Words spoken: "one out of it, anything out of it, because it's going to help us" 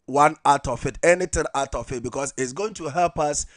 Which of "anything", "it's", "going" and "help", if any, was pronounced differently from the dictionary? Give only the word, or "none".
anything